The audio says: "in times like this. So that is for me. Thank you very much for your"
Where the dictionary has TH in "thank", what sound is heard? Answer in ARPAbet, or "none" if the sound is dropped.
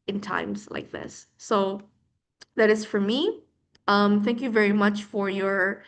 TH